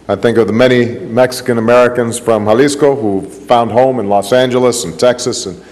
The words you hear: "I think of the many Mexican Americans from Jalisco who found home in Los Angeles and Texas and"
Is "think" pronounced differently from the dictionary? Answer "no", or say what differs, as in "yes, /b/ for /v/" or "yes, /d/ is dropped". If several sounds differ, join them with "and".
no